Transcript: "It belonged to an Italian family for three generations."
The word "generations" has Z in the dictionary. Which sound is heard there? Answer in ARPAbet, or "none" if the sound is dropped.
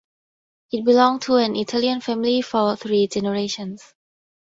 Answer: S